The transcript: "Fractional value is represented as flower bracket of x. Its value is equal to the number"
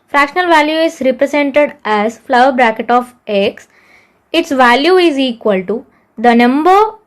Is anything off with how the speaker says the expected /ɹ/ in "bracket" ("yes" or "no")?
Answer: no